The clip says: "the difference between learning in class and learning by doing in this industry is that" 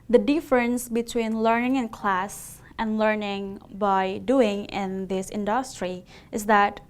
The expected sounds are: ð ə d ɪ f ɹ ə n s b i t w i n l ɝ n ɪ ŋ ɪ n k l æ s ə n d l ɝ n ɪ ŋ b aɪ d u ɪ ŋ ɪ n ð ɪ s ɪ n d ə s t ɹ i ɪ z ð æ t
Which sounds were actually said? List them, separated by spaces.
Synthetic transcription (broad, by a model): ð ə d ɪ f ɹ ə n s b i t w i n l ɝ n ɪ ŋ ɪ n k l æ s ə n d l ɝ n ɪ ŋ b aɪ d u ɪ ŋ ɪ n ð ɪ s ɪ n d ə s t ɹ i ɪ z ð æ t